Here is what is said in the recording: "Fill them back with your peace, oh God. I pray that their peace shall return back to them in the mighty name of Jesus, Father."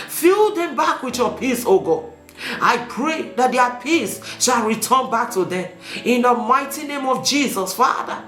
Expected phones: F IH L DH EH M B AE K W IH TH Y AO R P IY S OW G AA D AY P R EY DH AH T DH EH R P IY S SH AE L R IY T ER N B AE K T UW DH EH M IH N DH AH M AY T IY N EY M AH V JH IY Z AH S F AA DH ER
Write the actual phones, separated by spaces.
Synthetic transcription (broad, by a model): F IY L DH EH M B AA K W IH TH Y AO P IY S OW G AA AY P R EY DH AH T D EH P IY S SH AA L R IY T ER N B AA K T UW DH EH M IH N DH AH M AY T IY N EY M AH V JH IY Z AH S F AA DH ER